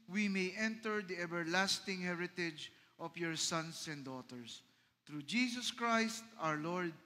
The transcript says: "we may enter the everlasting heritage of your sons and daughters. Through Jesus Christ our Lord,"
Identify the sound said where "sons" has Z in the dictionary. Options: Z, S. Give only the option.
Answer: S